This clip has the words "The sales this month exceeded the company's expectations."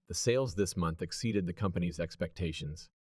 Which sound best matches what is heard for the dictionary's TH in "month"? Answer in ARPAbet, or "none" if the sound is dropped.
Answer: TH